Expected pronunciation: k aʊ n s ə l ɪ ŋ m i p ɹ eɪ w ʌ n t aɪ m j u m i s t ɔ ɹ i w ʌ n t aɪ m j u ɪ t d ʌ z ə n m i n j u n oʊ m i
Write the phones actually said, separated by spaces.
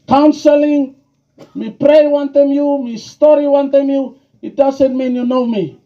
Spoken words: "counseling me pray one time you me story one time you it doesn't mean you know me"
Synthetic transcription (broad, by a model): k aʊ n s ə l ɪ ŋ m i p ɹ eɪ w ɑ n t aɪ m j u m i s t ɔ ɹ i w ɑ n t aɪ m j u ɪ t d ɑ s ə n m i n j u n oʊ m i